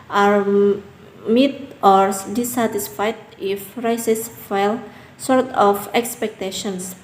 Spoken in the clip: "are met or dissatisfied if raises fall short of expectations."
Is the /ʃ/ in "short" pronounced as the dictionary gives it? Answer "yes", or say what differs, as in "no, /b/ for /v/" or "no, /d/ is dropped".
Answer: no, /s/ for /ʃ/